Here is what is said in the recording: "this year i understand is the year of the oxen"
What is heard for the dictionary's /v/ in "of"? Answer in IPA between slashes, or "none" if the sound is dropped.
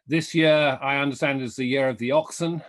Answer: /v/